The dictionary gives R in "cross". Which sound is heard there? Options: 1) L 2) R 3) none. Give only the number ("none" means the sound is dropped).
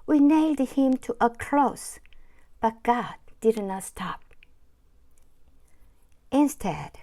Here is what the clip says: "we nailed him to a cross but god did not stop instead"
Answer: 1